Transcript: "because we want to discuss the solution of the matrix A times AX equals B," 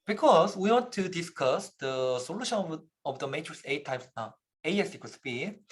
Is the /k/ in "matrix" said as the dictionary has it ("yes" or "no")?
no